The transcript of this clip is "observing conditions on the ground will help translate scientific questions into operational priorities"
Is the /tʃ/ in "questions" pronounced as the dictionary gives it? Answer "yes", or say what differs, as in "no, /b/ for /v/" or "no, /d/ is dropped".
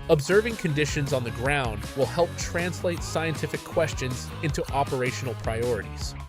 yes